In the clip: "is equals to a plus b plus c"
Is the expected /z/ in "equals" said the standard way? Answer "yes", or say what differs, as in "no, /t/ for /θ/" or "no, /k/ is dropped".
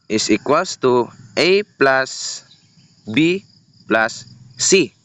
no, /s/ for /z/